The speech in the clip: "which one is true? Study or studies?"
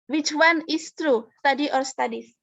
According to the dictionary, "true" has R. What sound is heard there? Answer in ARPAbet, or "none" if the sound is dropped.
R